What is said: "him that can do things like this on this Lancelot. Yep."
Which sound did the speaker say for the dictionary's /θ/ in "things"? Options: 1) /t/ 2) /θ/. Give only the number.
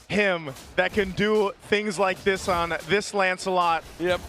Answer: 2